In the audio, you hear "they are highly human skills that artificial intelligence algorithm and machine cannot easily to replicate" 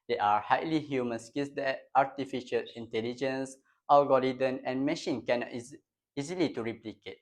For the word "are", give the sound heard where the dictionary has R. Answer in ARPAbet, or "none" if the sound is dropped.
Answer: R